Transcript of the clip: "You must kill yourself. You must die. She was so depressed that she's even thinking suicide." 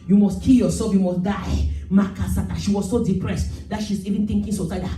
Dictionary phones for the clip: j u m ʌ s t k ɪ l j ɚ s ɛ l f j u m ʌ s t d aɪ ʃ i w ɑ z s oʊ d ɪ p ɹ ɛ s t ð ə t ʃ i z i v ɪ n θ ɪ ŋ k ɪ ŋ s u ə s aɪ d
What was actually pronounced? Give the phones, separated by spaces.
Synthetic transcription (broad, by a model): j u m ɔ s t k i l j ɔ s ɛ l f j u m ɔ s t d aɪ ʃ i w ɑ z s oʊ d ɪ p ɹ ɛ s t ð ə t ʃ i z i v ɪ n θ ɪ ŋ k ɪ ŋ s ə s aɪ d